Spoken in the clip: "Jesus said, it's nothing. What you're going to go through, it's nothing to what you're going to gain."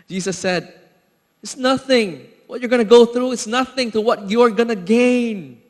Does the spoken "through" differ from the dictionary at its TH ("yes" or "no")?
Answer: no